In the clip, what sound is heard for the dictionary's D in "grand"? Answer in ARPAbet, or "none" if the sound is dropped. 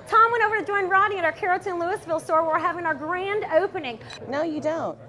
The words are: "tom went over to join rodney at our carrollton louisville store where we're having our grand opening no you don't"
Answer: D